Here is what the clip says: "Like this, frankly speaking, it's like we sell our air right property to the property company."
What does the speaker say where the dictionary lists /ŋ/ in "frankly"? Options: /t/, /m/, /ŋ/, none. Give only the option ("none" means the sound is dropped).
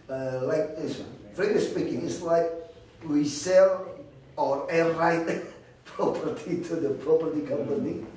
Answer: none